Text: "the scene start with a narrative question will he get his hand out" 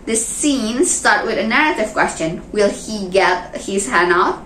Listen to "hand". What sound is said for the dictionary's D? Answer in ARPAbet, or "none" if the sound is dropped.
none